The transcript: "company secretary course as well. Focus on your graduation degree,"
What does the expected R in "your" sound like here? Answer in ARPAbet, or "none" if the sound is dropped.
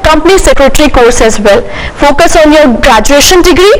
R